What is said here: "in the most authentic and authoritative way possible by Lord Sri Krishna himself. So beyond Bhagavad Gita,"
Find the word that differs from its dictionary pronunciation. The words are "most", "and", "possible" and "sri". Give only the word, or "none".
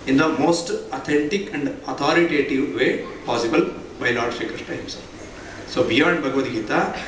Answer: sri